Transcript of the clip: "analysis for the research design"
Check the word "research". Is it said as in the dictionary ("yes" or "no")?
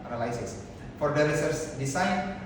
no